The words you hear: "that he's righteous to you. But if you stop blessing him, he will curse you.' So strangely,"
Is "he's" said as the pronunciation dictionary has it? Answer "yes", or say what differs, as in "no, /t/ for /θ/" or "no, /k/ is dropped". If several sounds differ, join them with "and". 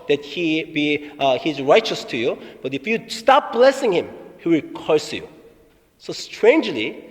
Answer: yes